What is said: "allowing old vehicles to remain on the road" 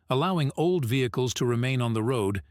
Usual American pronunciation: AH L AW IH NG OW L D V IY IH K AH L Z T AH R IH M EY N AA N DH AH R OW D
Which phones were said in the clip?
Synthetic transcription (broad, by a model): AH L AW IH NG OW L D V IY IH K AH L Z T AH R IH M EY N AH N DH AH R OW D